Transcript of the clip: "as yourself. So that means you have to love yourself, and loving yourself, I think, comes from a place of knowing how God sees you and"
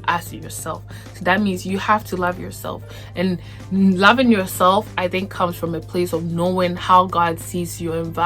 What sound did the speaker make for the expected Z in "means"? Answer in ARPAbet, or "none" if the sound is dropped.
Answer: Z